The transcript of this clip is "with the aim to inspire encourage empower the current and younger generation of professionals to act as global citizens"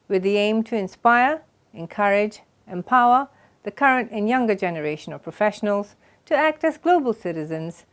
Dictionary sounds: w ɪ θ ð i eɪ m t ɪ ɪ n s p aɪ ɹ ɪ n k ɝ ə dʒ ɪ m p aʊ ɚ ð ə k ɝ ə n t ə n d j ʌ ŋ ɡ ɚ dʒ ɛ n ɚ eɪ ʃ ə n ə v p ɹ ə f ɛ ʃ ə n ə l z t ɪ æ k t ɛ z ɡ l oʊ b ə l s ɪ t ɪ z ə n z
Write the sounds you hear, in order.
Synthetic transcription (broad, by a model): w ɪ ð i eɪ m t ɪ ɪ n s p aɪ ɹ ɪ n k ɝ ə dʒ ɪ m p aʊ ɚ ð ə k ɝ ə n t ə n j ʌ ŋ ɡ ɚ dʒ ɛ n ɚ eɪ ʃ ə n ə v p ɹ ə f ɛ ʃ ə n ə l z t ɪ æ k t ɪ z ɡ l oʊ b ə l s ɪ t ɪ z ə n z